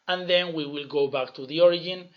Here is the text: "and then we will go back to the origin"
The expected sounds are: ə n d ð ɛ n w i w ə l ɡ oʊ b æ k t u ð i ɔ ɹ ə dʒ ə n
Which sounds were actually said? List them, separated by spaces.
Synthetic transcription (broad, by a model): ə n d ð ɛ n w i w ə l ɡ oʊ b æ k t u ð i ɔ ɹ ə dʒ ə n